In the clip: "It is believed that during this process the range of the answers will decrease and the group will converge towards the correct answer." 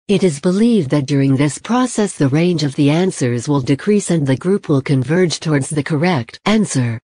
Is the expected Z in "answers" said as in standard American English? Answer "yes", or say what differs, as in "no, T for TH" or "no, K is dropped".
yes